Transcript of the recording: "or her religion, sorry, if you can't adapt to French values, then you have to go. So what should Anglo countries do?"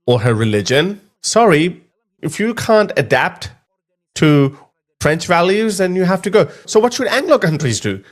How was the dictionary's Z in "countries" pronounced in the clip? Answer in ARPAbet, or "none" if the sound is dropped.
Z